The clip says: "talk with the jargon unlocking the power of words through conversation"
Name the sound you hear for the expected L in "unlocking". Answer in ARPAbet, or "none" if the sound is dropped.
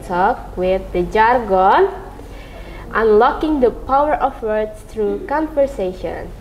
L